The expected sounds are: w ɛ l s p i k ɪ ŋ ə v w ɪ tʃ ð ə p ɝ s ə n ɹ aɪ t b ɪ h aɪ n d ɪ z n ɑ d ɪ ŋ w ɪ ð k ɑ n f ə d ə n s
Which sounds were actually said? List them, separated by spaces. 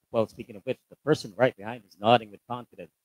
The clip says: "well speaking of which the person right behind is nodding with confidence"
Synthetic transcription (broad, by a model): w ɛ l s p i k ɪ ŋ ə v w ɪ tʃ ð ə p ɝ s ə n ɹ aɪ t b ɪ h aɪ n d ɪ z n ɑ d ɪ ŋ w ɪ ð k ɑ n f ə d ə n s